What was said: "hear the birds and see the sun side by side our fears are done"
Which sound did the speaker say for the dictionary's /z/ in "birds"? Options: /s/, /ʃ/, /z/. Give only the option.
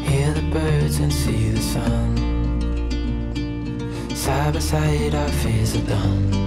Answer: /z/